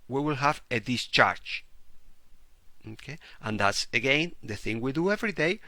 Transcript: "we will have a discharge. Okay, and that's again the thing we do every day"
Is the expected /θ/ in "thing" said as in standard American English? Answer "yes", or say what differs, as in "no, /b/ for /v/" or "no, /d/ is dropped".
yes